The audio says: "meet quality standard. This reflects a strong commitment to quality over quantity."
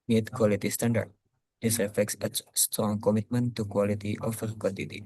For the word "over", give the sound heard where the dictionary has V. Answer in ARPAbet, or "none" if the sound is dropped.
F